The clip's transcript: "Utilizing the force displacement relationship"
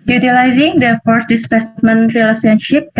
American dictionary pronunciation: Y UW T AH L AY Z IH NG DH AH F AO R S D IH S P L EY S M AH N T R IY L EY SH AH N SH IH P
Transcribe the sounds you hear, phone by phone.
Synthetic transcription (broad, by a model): Y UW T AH L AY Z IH NG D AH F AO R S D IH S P EY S M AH N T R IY L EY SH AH N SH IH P